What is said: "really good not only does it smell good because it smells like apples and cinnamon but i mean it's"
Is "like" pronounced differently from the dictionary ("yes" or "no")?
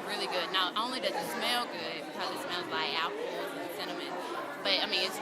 yes